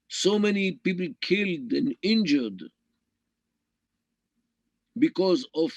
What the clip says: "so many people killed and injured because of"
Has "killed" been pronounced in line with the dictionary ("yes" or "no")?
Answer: yes